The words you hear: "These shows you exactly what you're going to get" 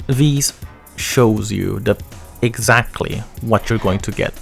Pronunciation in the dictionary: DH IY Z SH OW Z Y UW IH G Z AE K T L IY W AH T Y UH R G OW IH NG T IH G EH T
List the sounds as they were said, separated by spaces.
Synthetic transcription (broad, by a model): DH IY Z SH OW Z Y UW IH G Z AE K T L IY W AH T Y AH R G OW IH NG T IH G EH T